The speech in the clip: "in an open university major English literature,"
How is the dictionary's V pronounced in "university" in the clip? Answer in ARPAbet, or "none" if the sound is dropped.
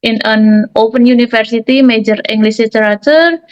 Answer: F